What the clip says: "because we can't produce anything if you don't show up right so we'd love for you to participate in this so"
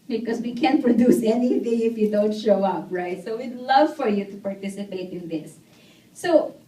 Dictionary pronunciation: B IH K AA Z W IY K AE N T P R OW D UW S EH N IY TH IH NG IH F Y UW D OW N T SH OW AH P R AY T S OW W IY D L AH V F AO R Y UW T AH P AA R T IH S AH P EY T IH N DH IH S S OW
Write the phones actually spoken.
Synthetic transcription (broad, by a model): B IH K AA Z W IY K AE N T P R OW D UW S EH N IY TH IH NG IH F Y UW D OW N T SH OW AH P R AY T S OW W IY D L AH V F AO R Y UW T AH P AA R T IH S AH P EY T IH N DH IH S S OW